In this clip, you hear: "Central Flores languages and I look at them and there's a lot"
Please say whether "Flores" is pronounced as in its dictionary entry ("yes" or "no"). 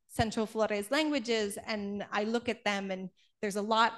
yes